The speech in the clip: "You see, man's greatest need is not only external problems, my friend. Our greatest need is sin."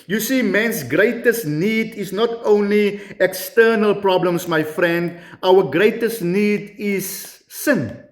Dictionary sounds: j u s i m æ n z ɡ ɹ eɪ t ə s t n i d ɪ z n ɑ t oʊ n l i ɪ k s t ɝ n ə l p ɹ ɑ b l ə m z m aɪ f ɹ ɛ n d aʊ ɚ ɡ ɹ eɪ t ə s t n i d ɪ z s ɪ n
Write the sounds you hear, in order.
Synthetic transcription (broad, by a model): j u s i m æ n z ɡ ɹ eɪ t ə s t n i d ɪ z n ɑ t oʊ n l i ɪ k s t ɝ n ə l p ɹ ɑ b l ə m s m aɪ f ɹ ɛ n d aʊ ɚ ɡ ɹ eɪ t ə s t n i d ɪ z s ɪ n